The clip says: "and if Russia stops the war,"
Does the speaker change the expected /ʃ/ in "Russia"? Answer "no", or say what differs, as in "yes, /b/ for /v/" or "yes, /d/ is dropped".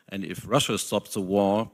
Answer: no